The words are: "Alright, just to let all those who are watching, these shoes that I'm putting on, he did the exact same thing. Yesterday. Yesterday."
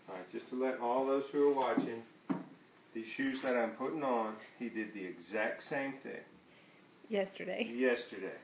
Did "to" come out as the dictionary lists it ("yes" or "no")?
yes